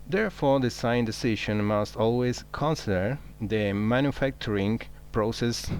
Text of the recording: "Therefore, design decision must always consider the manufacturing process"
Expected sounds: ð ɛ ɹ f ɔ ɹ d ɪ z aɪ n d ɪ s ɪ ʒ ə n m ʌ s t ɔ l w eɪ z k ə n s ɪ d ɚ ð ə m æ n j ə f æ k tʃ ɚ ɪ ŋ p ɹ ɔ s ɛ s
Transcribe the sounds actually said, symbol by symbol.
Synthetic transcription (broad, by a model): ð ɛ ɹ f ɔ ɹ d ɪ s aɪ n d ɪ s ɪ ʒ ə n m ʌ s t ɔ l w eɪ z k ə n s ɪ d ɚ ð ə m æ n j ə f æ k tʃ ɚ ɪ ŋ p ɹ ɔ s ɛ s